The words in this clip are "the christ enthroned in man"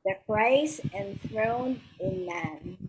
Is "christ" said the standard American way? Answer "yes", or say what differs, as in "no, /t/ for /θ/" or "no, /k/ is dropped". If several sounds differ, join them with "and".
no, /t/ is dropped